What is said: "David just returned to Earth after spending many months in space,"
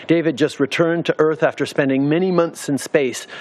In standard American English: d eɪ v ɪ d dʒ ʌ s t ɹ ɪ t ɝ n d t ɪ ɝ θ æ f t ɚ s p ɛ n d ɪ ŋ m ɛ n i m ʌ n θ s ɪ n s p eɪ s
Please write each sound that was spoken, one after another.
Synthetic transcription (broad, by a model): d eɪ v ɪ d dʒ ʌ s t ɹ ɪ t ɝ n t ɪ ɝ θ æ f t ɚ s p ɛ n d ɪ ŋ m ɛ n i m ʌ n θ s ɪ n s p eɪ s